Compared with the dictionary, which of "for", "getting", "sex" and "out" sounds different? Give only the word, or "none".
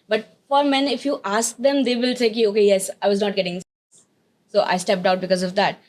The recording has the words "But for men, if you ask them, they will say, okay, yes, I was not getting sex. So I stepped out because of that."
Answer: sex